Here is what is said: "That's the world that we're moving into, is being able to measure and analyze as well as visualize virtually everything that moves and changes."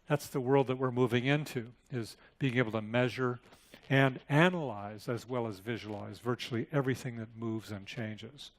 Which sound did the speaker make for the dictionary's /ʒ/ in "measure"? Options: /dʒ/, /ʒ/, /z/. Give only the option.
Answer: /ʒ/